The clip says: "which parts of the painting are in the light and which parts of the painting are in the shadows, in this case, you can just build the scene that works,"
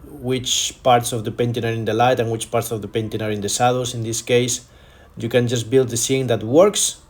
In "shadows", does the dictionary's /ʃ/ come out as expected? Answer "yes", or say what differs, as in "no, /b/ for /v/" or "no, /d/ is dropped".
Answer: no, /s/ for /ʃ/